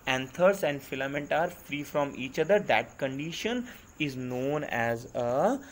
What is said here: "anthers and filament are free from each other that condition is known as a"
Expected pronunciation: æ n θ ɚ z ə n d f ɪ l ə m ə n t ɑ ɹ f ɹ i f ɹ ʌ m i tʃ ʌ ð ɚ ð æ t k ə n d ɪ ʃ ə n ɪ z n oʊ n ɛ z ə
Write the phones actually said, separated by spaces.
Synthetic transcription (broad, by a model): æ n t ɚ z ə n d f ɪ l ə m ə n t ɑ ɹ f ɹ i f ɹ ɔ m i tʃ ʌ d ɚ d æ t k ə n d ɪ ʃ ə n ɪ z n oʊ n ɛ z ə